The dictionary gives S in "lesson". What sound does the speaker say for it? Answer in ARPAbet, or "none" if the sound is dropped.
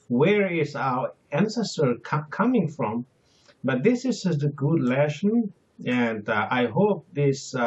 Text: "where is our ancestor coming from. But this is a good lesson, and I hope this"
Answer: SH